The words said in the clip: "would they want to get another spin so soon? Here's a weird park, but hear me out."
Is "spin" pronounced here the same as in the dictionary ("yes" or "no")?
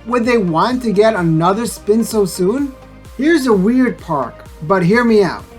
yes